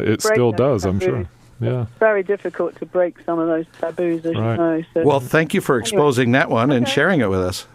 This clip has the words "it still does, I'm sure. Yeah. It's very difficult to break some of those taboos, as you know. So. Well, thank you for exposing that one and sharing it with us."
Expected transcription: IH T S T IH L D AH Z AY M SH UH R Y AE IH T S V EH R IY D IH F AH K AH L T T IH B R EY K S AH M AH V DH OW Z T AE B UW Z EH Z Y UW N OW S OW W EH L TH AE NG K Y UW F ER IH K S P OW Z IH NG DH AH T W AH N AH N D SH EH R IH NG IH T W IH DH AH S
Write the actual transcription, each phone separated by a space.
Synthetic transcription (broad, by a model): IH T S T IH L D AH Z AY M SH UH R Y AE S V EH R IY D IH F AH K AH L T T IH B R EY K S AH M AH V DH OW Z T AE B UW Z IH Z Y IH N OW S OW W EH L TH AE NG K Y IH F ER IH K S P OW Z IH NG DH AH T W AH N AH N SH EH R IH NG IH T W IH DH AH S